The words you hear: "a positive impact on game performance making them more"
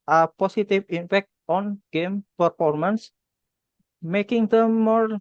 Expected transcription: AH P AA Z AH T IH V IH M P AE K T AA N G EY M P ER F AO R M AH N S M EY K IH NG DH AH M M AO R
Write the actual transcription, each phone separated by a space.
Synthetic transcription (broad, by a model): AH P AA S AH T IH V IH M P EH K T AA N G EY M P ER F AO R M AH N S M EY K IH NG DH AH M M AO R